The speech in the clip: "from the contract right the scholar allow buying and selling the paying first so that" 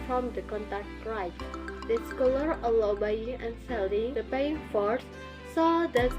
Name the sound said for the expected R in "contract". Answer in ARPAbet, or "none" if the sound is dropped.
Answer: none